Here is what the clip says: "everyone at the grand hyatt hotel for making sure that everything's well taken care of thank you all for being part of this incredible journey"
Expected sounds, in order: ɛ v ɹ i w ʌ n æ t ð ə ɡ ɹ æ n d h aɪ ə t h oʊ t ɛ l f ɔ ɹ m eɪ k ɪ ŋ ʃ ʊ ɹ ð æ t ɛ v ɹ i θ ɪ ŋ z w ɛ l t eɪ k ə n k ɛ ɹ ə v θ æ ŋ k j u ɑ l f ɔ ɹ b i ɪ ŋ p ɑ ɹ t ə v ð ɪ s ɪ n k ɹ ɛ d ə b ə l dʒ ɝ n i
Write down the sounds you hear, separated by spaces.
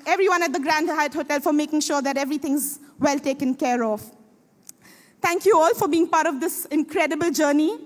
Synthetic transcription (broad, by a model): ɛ v ɹ i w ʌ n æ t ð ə ɡ ɹ æ n d h aɪ ə t h oʊ t ɛ l f ɔ ɹ m eɪ k ɪ ŋ ʃ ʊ ɹ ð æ t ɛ v ɹ i t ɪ ŋ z w ɛ l t eɪ k ə n k ɛ ɹ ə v t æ ŋ k j u ɑ l f ɔ ɹ b i ɪ ŋ p ɑ ɹ t ə v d ɪ s ɪ n k ɹ ɛ d ə b ə l dʒ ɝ n i